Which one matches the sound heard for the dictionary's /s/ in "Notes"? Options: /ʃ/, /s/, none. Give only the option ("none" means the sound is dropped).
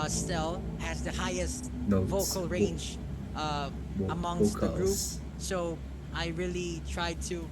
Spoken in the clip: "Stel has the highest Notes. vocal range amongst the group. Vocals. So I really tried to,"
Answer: none